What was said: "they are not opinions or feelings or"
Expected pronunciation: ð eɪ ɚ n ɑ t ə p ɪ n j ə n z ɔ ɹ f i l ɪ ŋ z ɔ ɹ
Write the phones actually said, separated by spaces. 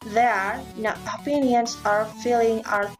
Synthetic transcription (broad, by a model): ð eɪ ɚ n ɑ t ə p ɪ n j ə n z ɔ ɹ f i l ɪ ŋ ɔ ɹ